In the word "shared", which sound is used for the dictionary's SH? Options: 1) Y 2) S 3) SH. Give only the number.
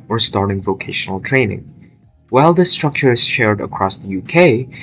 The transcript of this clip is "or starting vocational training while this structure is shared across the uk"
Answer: 3